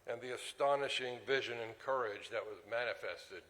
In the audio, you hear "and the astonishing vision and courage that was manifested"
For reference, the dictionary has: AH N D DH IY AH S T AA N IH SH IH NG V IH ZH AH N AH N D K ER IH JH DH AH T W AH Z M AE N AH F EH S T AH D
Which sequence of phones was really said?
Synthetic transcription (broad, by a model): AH N DH IY AH S T AA N IH SH IH NG V IH ZH AH N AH N K ER IH JH DH AH T W AH Z M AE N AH F EH S T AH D